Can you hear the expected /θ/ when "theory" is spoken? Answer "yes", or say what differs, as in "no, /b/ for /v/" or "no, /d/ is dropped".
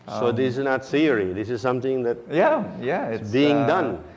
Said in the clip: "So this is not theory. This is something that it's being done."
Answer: no, /s/ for /θ/